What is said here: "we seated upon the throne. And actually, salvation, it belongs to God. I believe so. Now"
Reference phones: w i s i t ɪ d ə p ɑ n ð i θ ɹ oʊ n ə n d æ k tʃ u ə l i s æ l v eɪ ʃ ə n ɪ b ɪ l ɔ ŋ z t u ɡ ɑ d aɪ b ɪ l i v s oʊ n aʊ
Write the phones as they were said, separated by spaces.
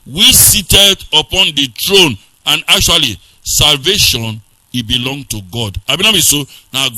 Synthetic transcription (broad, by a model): w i s i t ɪ d ə p ɑ n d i t ɹ oʊ n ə n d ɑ k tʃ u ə l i s æ l v eɪ ʃ ə n ɪ b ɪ l ɔ ŋ t u ɡ ɑ d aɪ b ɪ n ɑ b s oʊ n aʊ